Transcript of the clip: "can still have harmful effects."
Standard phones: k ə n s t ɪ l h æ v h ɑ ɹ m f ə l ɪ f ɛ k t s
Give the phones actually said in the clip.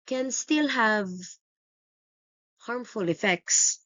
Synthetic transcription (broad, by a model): k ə n s t ɪ l h æ v h ɑ ɹ m f ə l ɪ f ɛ k t s